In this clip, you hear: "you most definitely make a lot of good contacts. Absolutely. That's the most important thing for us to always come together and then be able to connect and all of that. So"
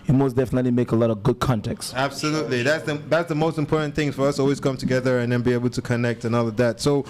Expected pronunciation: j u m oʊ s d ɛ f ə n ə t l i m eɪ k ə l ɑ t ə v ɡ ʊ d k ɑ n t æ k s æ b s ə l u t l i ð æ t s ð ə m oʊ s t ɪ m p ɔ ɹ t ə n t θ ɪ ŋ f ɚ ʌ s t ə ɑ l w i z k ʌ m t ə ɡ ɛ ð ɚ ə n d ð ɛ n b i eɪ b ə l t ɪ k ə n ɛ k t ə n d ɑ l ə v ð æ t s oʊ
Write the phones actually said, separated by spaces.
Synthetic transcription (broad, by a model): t m oʊ s d ɛ f ə n ə t l i m eɪ k ə l ɑ t ə v ɡ ʊ d k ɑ n t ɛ k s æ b s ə l u t l i ð æ t s ð ə m oʊ s t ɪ m p ɔ ɹ t n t θ ɪ ŋ f ɚ ʌ s ɑ l w i z k ʌ m t ə ɡ ɛ ð ɚ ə n ð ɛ n b i eɪ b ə l t ɪ k ə n ɛ k t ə n ɑ l ə v ð æ t s oʊ